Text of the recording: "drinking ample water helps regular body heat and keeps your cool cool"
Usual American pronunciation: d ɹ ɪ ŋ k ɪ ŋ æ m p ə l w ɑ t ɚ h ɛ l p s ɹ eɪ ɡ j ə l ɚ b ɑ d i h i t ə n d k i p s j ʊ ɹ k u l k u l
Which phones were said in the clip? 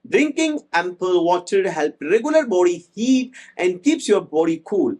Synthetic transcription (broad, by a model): d ɹ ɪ ŋ k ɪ ŋ æ m p ə l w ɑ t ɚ h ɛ l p ɹ eɪ ɡ j ə l ɚ b ɑ d i h i t ə n d k i p s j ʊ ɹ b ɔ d k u l